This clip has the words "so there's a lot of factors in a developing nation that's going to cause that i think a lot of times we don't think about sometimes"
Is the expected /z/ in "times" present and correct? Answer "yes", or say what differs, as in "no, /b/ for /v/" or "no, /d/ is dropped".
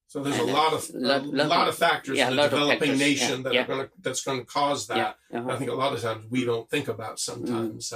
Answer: yes